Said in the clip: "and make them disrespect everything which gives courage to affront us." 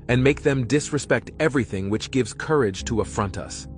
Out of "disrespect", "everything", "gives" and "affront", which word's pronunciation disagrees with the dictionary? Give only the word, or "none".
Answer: none